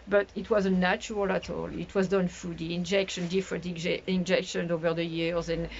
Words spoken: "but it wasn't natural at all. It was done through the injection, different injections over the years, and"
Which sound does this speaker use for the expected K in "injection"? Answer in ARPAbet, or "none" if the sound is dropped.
K